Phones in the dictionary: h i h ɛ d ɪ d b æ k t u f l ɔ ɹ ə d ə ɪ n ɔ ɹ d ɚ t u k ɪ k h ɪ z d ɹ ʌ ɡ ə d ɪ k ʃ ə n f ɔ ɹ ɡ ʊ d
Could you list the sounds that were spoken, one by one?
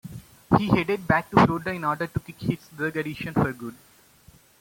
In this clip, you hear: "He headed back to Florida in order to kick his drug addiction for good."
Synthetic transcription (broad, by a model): h i h ɛ d ɪ d b æ k t u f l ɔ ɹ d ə ɪ n ɔ ɹ d ɚ t u k ɪ k h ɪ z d ʌ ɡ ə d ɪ ʃ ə n f ɔ ɹ ɡ ʊ d